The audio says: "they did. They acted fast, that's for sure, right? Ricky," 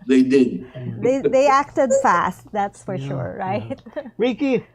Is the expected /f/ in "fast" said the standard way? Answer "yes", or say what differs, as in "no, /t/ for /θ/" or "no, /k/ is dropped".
yes